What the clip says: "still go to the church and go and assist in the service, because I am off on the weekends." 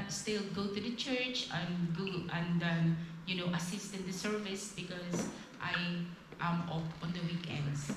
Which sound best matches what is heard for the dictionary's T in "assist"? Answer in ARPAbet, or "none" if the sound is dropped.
T